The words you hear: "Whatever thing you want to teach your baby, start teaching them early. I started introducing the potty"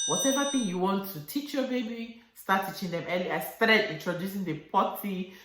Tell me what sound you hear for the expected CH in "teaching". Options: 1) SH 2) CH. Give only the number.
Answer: 2